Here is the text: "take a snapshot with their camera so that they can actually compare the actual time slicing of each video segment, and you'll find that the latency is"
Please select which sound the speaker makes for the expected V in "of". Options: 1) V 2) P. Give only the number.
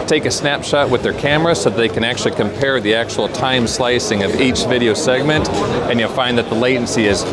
1